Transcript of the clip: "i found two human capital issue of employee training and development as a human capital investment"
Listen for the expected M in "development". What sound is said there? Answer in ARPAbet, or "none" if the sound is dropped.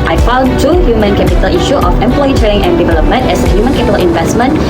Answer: M